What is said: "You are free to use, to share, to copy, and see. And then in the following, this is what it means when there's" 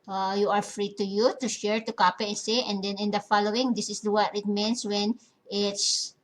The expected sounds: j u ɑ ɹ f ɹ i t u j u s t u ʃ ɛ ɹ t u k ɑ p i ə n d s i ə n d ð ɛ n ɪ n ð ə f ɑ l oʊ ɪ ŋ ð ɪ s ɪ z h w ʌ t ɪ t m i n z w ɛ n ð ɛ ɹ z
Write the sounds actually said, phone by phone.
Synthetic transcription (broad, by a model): j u ɑ ɹ f ɹ i t u j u t u ʃ ɛ ɹ t u k ɑ p i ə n s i ə n d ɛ n ɪ n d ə f ɑ l oʊ ɪ ŋ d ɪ s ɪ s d w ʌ t ɪ t m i n s w ɛ n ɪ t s